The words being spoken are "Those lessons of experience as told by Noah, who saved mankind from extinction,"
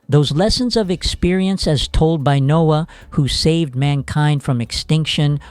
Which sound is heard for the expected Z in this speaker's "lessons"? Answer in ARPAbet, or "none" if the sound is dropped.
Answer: Z